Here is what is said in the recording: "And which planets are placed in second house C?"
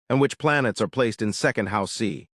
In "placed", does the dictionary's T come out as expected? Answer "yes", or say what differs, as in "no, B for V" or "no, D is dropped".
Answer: yes